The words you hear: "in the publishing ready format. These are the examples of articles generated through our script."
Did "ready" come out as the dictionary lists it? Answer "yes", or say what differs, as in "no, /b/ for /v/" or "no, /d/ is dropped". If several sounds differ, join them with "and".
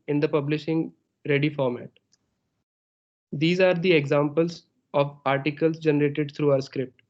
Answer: yes